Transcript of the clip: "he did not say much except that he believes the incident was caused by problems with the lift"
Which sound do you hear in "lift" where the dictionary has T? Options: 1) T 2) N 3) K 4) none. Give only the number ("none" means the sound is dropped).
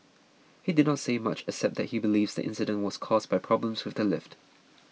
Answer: 1